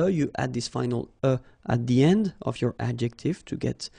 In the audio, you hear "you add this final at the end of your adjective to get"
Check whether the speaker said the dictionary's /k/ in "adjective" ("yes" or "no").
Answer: yes